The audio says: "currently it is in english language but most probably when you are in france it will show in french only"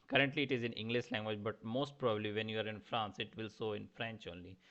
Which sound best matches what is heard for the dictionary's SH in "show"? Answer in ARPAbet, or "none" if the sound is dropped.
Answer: S